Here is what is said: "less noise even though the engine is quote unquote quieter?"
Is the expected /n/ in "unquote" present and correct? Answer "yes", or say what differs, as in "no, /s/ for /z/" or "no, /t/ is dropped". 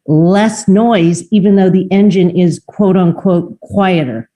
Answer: yes